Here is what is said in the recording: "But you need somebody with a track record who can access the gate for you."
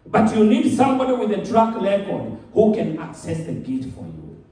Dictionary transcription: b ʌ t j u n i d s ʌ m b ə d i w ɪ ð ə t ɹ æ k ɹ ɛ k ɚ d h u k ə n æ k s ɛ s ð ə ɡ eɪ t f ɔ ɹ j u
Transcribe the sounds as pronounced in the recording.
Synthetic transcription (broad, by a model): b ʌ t j u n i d s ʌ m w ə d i w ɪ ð ə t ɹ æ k l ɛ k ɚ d h u k ə n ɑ k s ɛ s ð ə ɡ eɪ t f ɔ ɹ j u